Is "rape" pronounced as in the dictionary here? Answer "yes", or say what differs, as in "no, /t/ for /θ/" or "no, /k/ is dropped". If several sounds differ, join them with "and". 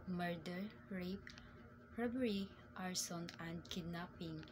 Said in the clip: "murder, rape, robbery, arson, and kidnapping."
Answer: yes